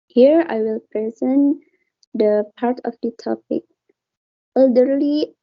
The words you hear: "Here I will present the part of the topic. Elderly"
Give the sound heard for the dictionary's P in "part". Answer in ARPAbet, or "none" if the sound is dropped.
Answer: P